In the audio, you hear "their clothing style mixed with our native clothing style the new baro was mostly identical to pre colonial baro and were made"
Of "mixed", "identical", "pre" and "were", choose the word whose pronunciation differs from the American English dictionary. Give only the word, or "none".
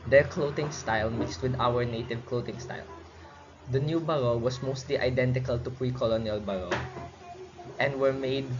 none